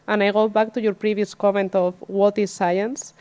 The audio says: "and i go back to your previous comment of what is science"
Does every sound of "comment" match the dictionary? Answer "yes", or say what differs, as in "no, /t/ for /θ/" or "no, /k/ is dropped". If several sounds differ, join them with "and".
yes